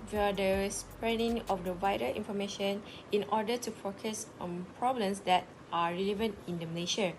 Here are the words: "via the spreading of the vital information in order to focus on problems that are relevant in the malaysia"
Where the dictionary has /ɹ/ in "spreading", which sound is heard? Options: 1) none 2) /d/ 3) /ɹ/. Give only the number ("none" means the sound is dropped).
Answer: 3